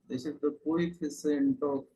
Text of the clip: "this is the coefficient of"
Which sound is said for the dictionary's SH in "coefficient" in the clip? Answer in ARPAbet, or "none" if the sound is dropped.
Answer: S